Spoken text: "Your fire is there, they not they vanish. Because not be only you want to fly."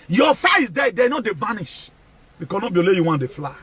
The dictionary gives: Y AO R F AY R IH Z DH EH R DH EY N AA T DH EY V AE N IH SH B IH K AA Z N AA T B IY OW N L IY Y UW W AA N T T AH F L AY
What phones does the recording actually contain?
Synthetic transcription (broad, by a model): Y AO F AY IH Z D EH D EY N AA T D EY V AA N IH SH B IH K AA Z N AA B IY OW L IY Y UW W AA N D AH F L AY